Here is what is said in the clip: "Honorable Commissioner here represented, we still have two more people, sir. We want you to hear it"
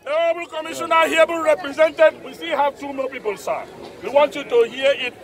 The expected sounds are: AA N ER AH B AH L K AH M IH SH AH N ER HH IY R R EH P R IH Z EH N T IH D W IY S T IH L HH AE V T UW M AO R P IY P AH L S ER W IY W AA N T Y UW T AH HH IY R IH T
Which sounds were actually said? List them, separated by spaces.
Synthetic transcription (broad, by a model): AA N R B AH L K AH M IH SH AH N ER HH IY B R EH P R IH Z EH N T IH D W IY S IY HH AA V T UW M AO L P IY P AH L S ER W IY W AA N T Y UW T AH HH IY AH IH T